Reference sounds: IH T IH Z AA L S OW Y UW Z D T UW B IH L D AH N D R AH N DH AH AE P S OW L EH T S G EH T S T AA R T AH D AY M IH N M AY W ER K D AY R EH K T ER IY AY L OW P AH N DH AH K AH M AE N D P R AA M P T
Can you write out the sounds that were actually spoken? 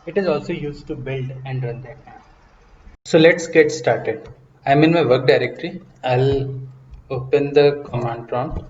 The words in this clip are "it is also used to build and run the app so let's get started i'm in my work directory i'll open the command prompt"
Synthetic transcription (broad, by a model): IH T IH Z AA L S OW Y UW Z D T UW B IH L D AH N D R AH N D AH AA S OW L EH T S G EH T S T AA R T AH D AY M IH N M AY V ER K D AY R EH K T ER IY AY L OW P AH N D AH K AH M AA N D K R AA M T